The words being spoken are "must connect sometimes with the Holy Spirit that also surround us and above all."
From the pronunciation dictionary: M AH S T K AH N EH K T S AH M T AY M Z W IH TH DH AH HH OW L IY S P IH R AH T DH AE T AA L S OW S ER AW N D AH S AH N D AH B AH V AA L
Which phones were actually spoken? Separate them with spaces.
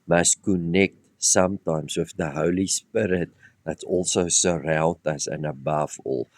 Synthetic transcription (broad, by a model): M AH S T K AH N EH K T S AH M T AY M S W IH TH DH AH HH OW L IY S P IH R AH T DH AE T AA L S OW S ER AW N D AH S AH N AH B AH V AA L